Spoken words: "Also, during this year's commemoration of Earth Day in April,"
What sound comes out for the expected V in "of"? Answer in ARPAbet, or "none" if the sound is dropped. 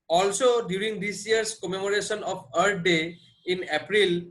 P